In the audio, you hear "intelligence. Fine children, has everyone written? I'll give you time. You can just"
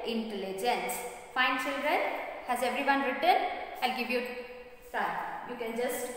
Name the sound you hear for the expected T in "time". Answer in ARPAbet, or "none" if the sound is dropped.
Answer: S